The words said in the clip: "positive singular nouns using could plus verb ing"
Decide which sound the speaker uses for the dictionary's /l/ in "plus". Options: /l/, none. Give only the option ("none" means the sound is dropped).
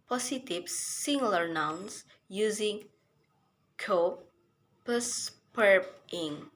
none